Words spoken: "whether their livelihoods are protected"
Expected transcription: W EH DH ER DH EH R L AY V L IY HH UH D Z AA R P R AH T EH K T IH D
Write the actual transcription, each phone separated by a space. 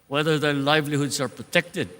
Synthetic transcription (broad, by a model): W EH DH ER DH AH L AY V L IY HH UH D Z AA R P R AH T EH K T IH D